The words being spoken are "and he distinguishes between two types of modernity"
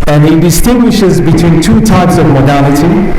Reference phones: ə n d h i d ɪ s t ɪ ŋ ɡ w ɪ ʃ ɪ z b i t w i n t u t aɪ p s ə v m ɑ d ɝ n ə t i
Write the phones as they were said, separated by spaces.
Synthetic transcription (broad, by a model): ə n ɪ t d ɪ s t ɪ ŋ ɡ w ɪ ʃ ɪ z b i t w i n t u t aɪ p s ə v m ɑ d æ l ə t i